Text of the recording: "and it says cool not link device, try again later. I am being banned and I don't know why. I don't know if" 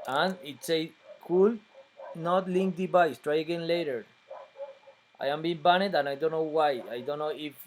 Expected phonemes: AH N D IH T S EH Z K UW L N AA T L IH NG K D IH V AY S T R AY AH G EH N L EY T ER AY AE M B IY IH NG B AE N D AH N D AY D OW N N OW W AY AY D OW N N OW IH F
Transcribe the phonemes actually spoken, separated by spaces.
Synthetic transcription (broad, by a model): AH N IH T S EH K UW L N AA T L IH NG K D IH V AY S T R AY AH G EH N L EY T ER AY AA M B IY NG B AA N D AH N AY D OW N N OW W AY AY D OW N N OW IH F